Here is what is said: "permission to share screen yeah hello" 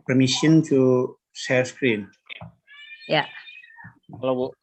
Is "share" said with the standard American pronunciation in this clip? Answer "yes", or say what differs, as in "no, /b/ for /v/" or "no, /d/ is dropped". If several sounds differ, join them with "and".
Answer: no, /s/ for /ʃ/ and /l/ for /ɹ/